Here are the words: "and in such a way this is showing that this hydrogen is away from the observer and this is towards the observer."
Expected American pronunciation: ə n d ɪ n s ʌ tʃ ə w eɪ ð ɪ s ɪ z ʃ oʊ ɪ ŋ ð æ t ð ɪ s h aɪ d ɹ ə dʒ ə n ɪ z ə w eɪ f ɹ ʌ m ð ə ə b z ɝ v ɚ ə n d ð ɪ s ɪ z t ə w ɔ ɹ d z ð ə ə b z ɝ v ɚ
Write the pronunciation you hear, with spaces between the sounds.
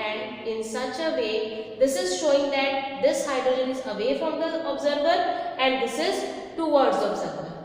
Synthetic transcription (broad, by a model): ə n d ɪ n s ʌ tʃ ə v eɪ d ɪ s ɪ z ʃ oʊ ɪ ŋ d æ t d ɪ s h aɪ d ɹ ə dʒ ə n ɪ z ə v eɪ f ɹ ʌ m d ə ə b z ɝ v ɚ ə n d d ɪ s ɪ z t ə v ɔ ɹ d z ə b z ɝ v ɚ